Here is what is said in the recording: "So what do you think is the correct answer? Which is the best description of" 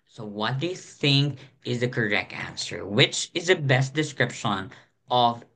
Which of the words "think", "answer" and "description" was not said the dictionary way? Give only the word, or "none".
none